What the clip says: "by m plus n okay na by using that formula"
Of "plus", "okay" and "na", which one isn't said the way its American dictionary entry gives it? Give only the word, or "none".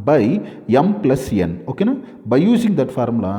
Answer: none